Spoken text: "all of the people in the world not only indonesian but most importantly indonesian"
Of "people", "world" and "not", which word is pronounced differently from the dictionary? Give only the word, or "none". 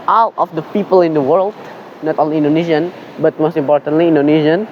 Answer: none